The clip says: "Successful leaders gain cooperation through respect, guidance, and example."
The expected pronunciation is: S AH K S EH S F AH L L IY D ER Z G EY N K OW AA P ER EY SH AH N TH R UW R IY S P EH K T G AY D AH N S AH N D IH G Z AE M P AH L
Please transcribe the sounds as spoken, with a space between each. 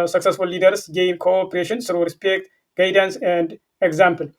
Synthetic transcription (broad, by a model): S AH K S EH S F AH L L IY D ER S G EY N K OW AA P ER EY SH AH N S R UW R IY S P EH K T G AY D AH N S AH N D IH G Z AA M P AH L